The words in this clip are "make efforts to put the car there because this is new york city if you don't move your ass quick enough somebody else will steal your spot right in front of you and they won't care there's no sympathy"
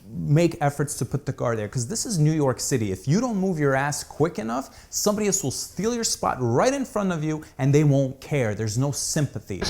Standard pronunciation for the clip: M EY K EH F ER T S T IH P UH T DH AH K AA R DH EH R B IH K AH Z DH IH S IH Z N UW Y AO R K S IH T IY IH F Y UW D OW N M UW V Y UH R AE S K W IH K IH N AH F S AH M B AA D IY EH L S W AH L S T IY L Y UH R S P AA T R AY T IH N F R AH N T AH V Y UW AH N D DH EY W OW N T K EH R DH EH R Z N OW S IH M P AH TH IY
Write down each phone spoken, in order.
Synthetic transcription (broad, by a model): M EY K EH F ER T S T IH P UH T DH AH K AA R DH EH R K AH Z DH IH S IH Z N UW Y AO R K S IH T IY IH F Y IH D OW N M UW V Y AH R AE S K W IH K IH N AH F S AH M B AA D IY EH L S W AH L S T IY L Y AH R S P AA T R AY T IH N F R AH N T AH V Y UW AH N DH EY W OW N K EH R DH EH R Z N OW S IH M P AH TH IY